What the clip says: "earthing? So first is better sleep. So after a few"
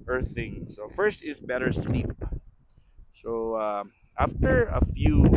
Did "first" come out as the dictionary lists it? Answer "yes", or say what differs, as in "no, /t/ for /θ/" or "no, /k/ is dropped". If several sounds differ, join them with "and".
yes